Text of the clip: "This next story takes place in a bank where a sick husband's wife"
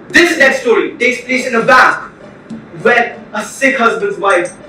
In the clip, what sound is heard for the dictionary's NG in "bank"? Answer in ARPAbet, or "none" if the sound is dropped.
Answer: none